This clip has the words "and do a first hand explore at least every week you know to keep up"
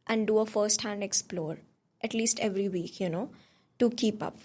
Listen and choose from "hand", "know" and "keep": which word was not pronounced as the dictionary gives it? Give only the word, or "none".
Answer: none